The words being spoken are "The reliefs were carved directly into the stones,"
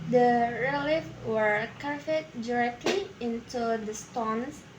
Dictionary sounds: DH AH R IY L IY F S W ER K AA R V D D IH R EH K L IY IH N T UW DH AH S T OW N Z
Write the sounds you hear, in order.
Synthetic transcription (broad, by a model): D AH R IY L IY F W ER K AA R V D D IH R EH K L IY IH N T UW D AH S T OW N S